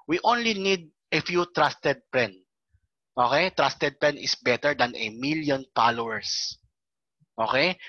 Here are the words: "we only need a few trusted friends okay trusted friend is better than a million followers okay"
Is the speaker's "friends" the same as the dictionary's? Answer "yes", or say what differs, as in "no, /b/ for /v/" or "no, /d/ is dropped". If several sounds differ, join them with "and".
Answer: no, /p/ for /f/